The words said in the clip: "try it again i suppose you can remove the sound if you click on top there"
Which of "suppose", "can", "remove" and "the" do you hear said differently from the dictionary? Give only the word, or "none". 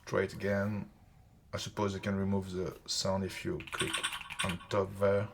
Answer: none